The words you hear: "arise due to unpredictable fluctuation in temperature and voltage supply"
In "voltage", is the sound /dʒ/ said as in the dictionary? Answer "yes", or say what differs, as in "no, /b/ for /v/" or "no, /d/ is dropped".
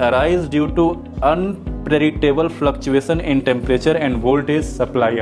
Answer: no, /z/ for /dʒ/